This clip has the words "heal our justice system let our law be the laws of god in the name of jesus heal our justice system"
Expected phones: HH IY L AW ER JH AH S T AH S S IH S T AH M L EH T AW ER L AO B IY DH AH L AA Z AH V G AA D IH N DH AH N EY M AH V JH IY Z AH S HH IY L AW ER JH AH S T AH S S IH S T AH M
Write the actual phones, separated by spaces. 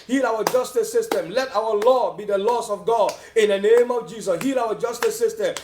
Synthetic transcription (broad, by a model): HH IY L AW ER JH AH S T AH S S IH S T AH M L EH T AW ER L AO B IY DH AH L AA S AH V G AA D IH N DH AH N EY M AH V JH IY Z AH S HH IY L AW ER JH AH S T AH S S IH S T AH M